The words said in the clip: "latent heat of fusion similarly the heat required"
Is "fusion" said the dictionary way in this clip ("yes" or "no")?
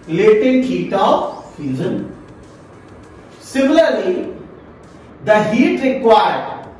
no